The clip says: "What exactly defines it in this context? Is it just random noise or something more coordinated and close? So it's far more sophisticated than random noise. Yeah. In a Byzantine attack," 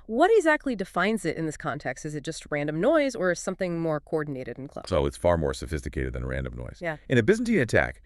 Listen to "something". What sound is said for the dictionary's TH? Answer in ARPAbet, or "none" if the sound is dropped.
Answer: TH